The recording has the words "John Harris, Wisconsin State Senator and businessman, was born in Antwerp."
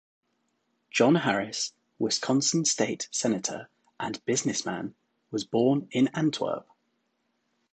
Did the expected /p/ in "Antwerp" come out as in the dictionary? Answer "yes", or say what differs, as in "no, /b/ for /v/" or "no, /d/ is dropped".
no, /b/ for /p/